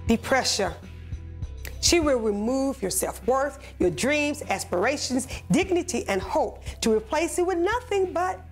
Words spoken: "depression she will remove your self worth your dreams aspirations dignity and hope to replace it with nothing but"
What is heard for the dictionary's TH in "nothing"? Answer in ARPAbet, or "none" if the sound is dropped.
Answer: TH